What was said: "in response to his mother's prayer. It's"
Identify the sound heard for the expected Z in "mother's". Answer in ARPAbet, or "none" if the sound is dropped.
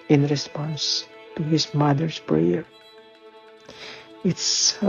S